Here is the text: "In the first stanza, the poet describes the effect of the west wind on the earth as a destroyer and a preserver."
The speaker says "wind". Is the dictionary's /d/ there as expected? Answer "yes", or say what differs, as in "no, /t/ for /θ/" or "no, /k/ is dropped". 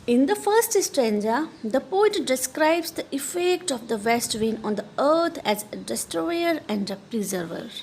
no, /d/ is dropped